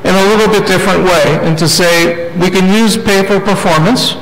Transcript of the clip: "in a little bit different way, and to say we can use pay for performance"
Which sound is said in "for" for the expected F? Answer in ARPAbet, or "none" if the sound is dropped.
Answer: P